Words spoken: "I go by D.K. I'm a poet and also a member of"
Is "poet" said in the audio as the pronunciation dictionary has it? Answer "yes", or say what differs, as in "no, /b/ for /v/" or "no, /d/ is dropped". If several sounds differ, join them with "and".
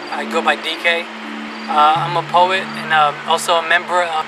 yes